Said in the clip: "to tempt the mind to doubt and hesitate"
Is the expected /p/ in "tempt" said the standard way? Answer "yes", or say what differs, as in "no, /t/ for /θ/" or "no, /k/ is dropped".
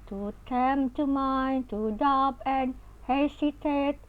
no, /p/ is dropped